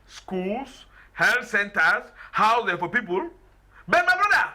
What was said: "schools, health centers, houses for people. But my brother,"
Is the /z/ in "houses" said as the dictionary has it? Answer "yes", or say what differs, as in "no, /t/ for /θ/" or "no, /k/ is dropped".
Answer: no, /z/ is dropped